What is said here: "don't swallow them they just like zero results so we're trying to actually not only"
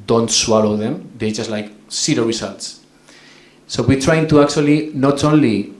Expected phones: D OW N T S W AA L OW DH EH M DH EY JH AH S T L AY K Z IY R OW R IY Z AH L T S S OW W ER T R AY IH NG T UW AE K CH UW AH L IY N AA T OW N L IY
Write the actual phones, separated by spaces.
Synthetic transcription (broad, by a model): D OW N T S W AA L OW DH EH M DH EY JH AH S T L AY K S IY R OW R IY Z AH L T S S OW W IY T R AY IH NG T UW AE K CH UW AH L IY N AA T OW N L IY